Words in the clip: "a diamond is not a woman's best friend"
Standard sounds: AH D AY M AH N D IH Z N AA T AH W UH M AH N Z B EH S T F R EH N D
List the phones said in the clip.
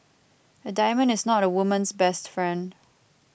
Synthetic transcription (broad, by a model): AH D AY M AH N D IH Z N AA T AH W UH M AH N S B EH S T F R EH N D